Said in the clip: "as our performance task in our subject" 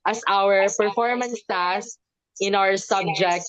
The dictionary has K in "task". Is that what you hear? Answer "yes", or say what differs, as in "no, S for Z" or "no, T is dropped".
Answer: no, K is dropped